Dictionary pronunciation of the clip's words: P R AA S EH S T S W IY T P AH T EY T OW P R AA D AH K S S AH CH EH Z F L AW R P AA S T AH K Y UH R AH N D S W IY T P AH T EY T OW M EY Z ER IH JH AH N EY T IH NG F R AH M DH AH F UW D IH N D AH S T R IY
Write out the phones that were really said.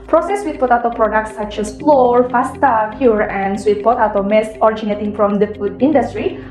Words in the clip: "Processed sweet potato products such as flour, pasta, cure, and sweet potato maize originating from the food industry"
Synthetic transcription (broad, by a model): P R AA S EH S S W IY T P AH T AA T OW P R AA D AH K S S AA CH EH S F L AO R F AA S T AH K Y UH R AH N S W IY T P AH T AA T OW M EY S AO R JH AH N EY T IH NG F R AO M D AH F UW D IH N D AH S T R IY